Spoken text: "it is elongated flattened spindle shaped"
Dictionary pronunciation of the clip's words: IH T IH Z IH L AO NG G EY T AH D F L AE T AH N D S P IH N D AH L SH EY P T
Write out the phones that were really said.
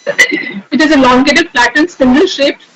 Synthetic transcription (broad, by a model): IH T IH Z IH L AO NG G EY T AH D P L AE T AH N S IH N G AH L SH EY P